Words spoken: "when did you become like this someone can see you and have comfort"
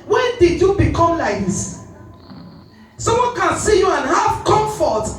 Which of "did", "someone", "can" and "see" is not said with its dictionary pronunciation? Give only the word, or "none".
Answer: someone